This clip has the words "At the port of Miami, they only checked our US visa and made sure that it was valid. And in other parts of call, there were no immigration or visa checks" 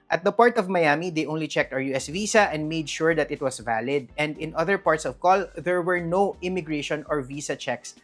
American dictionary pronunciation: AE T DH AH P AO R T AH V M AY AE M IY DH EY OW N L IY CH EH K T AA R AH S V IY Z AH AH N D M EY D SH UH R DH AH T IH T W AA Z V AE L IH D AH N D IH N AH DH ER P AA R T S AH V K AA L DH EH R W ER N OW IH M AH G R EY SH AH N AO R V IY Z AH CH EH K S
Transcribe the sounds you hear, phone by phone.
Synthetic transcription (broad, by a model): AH T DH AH P AO R T AH V M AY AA M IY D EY OW N L IY CH EH K T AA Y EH S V IY S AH AH N D M EY D SH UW R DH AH T IH T W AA S V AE L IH D AH N D IH N AH DH ER P AA R T S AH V K AA L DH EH R W ER N OW IH M AH G R EY SH AH N AO R V IY S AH CH EH K S